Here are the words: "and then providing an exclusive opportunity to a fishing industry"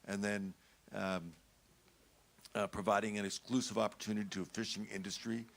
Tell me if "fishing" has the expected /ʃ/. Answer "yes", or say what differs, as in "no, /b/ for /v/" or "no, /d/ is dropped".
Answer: yes